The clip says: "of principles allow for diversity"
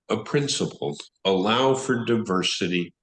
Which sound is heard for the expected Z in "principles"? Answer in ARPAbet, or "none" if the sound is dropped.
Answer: none